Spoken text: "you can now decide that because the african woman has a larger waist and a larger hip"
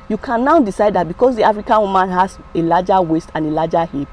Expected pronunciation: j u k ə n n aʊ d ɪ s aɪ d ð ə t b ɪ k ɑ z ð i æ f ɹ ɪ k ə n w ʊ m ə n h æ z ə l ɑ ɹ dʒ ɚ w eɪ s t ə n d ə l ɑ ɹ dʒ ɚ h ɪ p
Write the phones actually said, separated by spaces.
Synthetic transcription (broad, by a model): j u k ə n n aʊ d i s aɪ d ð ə t b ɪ k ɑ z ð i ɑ f ɹ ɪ k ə n w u m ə n h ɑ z ə l ɑ dʒ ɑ w eɪ s t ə n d ə l ɑ dʒ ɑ h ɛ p